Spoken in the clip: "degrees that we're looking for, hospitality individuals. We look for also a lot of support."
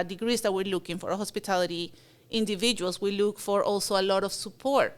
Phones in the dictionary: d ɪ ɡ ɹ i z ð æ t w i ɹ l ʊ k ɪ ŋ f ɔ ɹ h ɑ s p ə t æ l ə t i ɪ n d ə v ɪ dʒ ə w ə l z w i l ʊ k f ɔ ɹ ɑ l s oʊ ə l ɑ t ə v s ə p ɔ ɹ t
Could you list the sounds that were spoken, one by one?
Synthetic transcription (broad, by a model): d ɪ ɡ ɹ i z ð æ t w i ɹ l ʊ k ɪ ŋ f ɔ ɹ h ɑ s p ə t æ l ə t i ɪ n d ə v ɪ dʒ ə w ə l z w i l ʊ k f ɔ ɹ ɑ l s oʊ ə l ɑ t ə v s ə p ɔ ɹ t